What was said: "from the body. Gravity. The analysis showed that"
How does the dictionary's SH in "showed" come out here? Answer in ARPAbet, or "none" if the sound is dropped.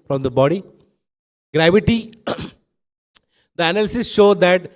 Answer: SH